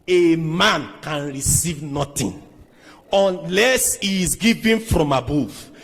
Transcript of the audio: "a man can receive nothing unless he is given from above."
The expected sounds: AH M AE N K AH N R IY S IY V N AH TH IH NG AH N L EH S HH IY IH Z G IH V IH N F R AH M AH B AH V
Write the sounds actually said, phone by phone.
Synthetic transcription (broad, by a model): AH M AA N K AH N R IY S IY V N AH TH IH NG AH N L EH S HH IY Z G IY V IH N F R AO M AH B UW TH